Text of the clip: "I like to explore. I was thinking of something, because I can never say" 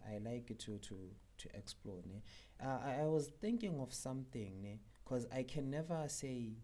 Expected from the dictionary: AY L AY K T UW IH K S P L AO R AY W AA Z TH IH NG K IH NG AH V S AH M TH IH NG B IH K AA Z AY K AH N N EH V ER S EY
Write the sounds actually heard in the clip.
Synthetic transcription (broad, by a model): AY L AY K T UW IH K S P L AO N AY W AA Z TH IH NG K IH NG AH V S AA M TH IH NG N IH K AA Z AY K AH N N EH V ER S EY